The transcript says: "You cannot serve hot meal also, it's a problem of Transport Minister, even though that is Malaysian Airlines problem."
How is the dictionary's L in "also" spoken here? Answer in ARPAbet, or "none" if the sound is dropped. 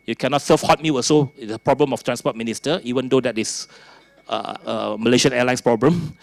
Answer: none